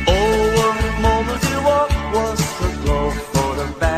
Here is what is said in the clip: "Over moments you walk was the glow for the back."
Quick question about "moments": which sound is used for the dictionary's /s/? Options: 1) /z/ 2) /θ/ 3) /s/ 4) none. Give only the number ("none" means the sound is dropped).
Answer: 4